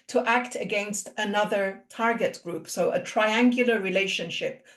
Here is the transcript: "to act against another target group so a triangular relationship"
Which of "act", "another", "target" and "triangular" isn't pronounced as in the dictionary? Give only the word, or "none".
none